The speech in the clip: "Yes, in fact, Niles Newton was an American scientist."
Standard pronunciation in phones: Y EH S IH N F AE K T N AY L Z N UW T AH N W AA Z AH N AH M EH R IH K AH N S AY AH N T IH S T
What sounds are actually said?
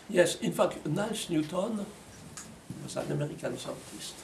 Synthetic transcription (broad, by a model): Y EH S IH N F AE K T N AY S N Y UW T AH N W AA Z AH N AH M EH R IH K AH N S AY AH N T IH S T